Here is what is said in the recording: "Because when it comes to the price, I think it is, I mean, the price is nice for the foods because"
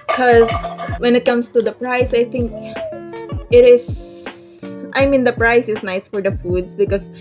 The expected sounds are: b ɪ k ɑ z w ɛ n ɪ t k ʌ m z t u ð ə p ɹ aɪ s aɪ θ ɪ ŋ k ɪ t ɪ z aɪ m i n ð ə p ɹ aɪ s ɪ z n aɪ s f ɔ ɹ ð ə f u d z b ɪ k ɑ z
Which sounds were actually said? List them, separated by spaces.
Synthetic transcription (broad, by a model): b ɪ k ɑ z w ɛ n ɪ t k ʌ m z t u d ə p ɹ aɪ s aɪ t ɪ ŋ k ɪ t ɪ z aɪ m i n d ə p ɹ aɪ s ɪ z n aɪ s f ɔ ɹ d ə f u d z b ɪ k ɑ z